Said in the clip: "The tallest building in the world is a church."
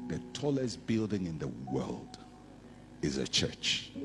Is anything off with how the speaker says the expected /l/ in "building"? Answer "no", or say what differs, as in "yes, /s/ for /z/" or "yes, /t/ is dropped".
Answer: no